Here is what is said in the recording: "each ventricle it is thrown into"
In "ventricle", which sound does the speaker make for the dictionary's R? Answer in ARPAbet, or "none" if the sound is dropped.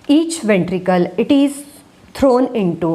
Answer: R